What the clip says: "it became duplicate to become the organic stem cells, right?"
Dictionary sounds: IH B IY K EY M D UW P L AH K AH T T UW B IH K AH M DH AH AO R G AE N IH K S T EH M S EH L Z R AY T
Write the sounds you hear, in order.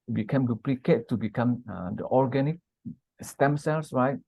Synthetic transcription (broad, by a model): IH B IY K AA M D UW P L AH K AH T T UW B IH K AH M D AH AO R G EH N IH K S T EH M S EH L S R AY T